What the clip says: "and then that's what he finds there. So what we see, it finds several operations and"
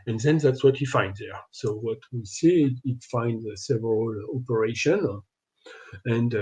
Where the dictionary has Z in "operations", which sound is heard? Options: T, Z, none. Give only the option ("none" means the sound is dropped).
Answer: none